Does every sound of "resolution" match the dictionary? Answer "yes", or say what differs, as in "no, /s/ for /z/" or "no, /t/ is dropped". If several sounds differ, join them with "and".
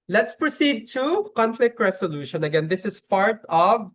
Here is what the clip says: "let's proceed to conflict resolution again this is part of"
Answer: no, /s/ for /z/